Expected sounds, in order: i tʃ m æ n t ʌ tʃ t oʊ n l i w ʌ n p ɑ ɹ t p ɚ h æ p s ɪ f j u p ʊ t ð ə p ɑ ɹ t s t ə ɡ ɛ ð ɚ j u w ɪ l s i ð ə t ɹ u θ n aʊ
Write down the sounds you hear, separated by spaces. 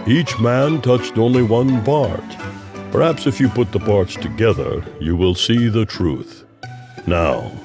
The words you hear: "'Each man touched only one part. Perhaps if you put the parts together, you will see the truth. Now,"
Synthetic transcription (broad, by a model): i tʃ m æ n t ʌ tʃ t oʊ n l i w ʌ n p ɑ ɹ t p ɚ h æ p s ɪ f j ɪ p ʊ t ð ə p ɑ ɹ t s t ə ɡ ɛ ð ɚ j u w ɪ l s i ð ə t ɹ u θ n aʊ